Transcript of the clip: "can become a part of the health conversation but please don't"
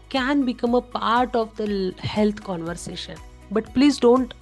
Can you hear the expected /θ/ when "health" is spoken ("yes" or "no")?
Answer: no